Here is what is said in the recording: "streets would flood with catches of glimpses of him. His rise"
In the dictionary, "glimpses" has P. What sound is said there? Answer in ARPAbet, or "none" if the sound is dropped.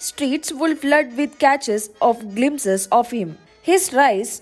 none